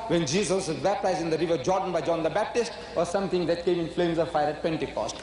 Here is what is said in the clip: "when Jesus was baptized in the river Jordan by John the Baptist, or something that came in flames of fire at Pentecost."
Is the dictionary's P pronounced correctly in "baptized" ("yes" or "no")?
yes